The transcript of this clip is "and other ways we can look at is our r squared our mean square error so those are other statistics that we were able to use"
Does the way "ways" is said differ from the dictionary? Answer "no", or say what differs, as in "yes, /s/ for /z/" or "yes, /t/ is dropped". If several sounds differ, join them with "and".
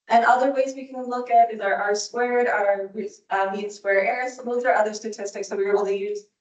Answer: no